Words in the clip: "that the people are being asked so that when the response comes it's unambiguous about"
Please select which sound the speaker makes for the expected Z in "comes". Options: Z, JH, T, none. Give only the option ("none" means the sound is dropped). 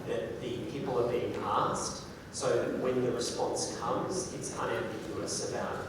Z